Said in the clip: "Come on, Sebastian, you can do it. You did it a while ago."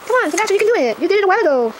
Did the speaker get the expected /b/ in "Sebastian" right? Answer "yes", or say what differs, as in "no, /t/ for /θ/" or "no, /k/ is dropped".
no, /b/ is dropped